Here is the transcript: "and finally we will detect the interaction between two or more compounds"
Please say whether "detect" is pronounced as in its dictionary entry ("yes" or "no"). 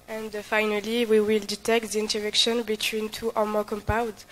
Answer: yes